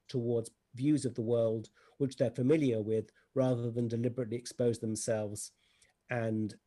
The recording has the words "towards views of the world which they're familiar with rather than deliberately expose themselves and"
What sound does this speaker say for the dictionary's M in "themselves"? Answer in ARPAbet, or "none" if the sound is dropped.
M